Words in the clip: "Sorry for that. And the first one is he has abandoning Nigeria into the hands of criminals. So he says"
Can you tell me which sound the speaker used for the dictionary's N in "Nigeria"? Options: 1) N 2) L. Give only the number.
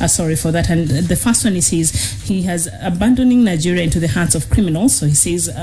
1